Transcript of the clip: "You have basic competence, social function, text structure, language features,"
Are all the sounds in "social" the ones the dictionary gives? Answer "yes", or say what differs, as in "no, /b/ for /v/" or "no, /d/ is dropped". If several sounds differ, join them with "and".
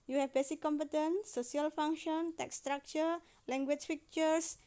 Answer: no, /ʃ/ is dropped